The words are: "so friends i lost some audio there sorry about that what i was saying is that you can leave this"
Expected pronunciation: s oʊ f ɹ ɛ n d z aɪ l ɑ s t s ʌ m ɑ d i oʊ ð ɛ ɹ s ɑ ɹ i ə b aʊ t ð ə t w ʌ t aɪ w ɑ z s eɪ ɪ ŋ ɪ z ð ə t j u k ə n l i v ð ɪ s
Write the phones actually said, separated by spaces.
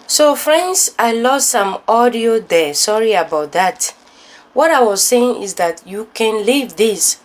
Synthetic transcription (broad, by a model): s oʊ f ɹ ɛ n d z aɪ l ɑ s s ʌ m ɑ d i oʊ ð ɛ s ɑ ɹ i ə b aʊ t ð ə t w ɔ t aɪ w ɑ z s eɪ ɪ ŋ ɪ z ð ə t j u k ə n l i v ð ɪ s